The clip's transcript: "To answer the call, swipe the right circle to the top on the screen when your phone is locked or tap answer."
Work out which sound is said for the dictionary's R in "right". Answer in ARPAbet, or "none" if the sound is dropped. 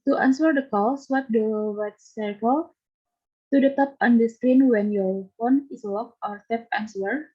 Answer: W